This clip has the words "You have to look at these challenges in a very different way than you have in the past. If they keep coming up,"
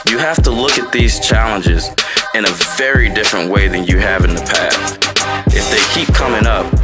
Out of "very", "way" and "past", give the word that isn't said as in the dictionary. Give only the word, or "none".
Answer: past